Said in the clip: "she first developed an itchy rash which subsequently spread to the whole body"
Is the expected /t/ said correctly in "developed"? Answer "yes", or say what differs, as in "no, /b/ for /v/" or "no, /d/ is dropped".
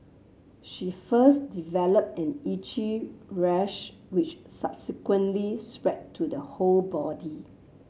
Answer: yes